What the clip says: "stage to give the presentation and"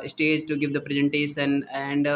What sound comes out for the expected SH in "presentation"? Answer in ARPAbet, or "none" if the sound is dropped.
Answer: S